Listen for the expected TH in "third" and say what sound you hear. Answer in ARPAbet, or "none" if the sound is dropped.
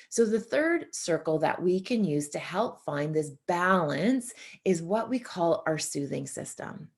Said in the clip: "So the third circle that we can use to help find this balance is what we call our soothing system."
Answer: TH